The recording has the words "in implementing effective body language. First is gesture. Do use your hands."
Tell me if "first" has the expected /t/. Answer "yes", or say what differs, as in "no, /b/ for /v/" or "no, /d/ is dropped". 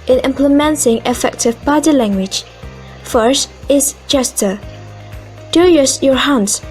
yes